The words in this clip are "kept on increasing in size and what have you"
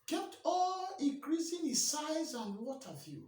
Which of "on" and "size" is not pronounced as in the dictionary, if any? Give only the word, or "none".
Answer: on